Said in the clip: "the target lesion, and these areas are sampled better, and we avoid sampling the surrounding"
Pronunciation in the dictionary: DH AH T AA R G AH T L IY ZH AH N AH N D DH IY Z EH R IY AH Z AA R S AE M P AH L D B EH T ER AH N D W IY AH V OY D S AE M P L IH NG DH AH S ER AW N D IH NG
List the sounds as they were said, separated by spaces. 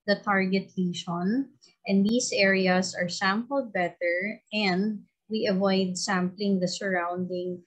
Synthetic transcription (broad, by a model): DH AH T AA R G AH T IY SH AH N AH N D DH IY S EH R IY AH S AA R S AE M P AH L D B EH T ER AH N D W IY AH V OY D S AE M P L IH NG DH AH S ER AW N D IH NG